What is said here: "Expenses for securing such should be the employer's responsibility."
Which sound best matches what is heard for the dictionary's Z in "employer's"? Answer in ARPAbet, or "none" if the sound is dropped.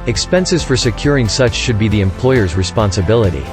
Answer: Z